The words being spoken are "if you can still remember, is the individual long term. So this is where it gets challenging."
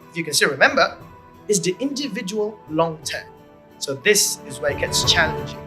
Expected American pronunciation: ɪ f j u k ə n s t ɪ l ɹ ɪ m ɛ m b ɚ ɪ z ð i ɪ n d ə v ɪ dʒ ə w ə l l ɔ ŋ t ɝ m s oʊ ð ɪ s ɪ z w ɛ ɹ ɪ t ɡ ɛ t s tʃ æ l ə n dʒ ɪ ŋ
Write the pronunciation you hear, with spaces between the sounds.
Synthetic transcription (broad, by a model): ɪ f j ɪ k ə n s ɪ ɹ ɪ m ɛ m b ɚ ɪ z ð i ɪ n d ə v ɪ dʒ ə w ə l l ɔ ŋ t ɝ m s oʊ ð ɪ s ɪ z w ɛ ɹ ɪ t ɡ ɛ t s tʃ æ l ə n dʒ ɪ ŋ